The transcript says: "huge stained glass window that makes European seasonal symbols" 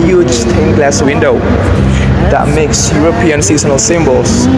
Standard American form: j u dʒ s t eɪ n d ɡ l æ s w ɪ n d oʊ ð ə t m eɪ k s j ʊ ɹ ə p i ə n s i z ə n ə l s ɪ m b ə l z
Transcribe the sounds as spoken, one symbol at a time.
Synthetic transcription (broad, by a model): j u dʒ s t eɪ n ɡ l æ s w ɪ n d oʊ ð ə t m eɪ k s j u ɹ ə p i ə n s i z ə n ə l s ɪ m b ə l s